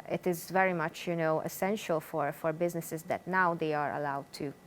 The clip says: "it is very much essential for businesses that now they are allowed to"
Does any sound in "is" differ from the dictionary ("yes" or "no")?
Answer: no